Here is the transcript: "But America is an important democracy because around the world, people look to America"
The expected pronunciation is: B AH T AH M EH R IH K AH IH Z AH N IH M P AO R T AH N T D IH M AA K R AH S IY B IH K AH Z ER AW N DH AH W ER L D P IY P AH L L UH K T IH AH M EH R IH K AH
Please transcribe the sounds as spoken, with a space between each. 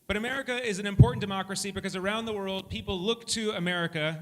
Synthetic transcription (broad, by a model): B AH T AH M EH R IH K AH IH Z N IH M P AO R T N D IH M AA K R AH S IY B IH K AH Z ER AW N DH AH W ER L D P IY P L L UH K T IH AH M EH R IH K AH